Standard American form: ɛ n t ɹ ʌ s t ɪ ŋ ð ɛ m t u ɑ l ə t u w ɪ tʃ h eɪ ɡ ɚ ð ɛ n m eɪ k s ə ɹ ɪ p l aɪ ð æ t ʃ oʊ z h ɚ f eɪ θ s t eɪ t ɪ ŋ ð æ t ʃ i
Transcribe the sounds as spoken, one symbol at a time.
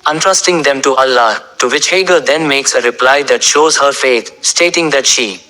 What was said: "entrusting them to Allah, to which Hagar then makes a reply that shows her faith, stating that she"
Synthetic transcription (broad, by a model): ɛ n t ɹ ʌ s t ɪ ŋ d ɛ m t u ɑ l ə t u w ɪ tʃ h eɪ ɡ ɚ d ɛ n m eɪ k s ə ɹ ɪ p l aɪ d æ t ʃ oʊ z h ɚ f eɪ t s t eɪ t ɪ ŋ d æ t ʃ i